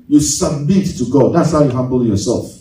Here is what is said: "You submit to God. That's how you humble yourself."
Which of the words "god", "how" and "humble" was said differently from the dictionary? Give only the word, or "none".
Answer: humble